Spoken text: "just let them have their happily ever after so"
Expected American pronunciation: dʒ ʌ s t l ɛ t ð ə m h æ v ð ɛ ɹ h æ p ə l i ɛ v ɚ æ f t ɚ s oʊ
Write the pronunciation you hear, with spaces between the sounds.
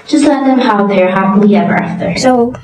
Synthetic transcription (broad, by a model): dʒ ʌ s t l ɛ t ð ə m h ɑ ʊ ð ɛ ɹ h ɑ ə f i ɛ v ɚ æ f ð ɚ s oʊ